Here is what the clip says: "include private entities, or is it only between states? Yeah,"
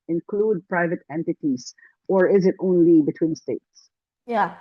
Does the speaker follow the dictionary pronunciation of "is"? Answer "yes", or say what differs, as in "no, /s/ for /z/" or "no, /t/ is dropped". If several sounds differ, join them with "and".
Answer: yes